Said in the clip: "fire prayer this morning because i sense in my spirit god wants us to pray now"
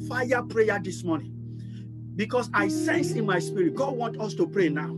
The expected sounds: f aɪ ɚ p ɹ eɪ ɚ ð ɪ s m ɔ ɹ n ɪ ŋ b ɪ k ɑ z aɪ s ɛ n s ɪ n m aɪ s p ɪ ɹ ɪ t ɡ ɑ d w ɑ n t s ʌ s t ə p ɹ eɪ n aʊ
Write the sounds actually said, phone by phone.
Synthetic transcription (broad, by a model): f aɪ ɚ p ɹ eɪ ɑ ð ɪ s m ɔ n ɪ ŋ b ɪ k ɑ s aɪ s ɛ n s ɪ n m aɪ s p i ɹ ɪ t ɡ ɑ d w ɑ n t ɔ s t ə p ɹ eɪ n aʊ